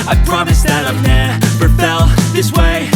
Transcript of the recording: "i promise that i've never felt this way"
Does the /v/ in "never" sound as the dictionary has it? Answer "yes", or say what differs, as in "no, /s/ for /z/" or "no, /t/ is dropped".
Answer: no, /p/ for /v/